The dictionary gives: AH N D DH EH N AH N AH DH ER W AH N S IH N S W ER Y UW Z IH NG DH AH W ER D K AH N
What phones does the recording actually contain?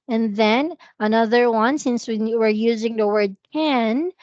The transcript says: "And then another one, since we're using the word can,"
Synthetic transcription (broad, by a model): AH N DH EH N AH N AH DH ER W AH N S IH N S W ER Y UW Z IH NG DH AH W ER D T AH N